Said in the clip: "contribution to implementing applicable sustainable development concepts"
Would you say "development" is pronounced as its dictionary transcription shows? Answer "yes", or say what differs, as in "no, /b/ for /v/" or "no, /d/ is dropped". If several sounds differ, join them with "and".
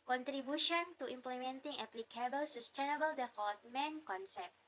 no, /f/ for /v/